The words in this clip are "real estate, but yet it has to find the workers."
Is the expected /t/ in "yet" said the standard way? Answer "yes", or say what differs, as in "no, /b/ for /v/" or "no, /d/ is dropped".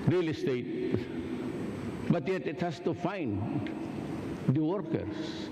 yes